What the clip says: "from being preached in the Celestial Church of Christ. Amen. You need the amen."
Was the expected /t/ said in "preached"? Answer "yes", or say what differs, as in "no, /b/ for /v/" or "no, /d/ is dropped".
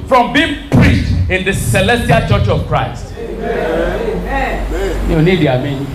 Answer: yes